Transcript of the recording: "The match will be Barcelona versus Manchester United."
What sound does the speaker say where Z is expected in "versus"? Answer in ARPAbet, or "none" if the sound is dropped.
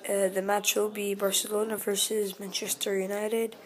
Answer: Z